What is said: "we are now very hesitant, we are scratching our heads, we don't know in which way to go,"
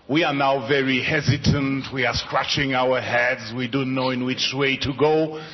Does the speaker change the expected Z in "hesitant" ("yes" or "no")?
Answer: no